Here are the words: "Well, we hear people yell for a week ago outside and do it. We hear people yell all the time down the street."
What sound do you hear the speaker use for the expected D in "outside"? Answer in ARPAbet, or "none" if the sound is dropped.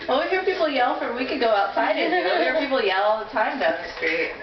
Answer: none